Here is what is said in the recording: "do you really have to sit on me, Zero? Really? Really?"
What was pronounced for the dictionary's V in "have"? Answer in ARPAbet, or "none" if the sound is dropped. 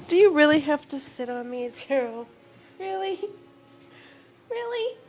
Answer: F